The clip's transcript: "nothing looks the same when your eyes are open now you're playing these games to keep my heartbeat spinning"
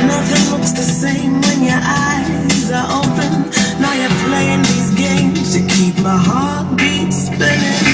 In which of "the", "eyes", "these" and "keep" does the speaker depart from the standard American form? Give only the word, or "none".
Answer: none